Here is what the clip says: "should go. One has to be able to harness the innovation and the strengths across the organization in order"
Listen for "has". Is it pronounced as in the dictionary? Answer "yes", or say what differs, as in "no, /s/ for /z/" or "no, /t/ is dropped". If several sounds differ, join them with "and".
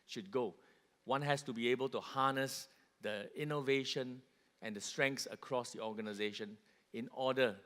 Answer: no, /s/ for /z/